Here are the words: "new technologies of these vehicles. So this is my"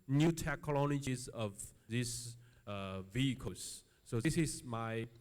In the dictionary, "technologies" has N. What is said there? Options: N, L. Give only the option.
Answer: L